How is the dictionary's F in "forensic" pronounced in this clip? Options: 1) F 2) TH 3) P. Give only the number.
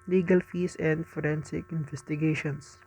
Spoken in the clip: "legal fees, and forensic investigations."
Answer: 1